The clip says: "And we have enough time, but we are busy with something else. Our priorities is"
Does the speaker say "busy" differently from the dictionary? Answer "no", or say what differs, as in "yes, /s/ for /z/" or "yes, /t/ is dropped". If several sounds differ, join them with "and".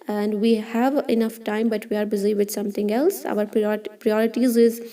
no